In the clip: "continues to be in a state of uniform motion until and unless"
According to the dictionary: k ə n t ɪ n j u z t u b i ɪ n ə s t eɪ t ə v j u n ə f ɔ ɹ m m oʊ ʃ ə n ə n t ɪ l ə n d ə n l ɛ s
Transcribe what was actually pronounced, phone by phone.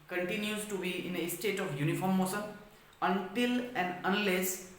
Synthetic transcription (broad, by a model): k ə n t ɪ n j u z t u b i ɪ n ə s t eɪ t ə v j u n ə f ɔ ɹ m m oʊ s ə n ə n t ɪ l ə n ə n l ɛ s